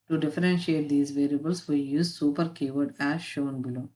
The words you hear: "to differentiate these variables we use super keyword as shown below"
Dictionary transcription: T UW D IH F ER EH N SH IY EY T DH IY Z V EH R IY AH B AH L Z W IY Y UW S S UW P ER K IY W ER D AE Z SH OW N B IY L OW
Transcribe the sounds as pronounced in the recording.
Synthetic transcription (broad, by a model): T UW D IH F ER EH N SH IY EY T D IY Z V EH R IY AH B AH L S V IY Y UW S S UW P ER K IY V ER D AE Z SH OW N B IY L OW